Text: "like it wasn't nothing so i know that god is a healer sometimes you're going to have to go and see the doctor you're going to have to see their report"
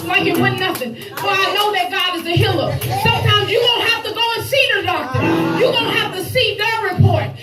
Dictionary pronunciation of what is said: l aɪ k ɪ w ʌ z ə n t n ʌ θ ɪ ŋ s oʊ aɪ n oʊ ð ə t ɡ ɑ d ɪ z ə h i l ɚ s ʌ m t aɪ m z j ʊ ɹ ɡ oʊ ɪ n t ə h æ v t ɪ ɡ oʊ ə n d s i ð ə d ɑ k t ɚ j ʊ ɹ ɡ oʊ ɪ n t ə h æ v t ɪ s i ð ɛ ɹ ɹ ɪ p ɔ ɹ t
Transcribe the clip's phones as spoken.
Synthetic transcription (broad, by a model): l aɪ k ɪ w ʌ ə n n ʌ θ ɪ ŋ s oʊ aɪ n oʊ ð ə t ɡ ɑ d ɪ z ə h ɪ l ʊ s ʌ m t aɪ m z j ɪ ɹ oʊ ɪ n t h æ f t ɪ ɡ oʊ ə n s i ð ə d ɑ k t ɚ j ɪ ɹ oʊ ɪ n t h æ f t ɪ s i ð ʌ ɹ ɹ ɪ p ɔ ɹ t